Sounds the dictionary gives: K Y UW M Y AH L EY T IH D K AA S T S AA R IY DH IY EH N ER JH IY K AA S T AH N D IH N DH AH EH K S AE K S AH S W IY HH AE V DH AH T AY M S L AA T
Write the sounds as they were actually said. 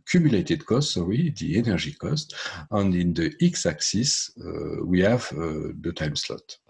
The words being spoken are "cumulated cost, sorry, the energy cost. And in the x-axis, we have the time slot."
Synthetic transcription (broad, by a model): K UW M Y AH L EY T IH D K AA S T S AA W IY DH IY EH N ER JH IY K AA S T AH N D IH N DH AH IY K S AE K S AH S W IY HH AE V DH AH T AY M S L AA T